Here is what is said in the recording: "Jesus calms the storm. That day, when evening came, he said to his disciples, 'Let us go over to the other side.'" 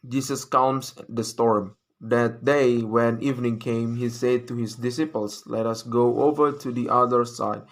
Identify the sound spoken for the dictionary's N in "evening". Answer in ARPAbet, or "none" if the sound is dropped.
N